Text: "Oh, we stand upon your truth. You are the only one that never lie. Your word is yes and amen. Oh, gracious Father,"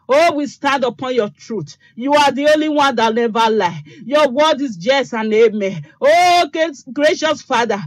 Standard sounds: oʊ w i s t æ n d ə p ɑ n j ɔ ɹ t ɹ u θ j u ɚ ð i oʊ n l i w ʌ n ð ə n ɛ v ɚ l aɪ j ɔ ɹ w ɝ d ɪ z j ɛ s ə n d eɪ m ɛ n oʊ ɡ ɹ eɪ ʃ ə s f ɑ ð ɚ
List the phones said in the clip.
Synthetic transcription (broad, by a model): oʊ w i s t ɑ n d ə p ɑ n j ɔ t ɹ u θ j u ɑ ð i oʊ n l i w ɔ n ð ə n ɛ v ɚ l aɪ j ɔ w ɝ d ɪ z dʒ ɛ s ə n eɪ m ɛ oʊ ɡ ɹ eɪ ʃ ə s f ɑ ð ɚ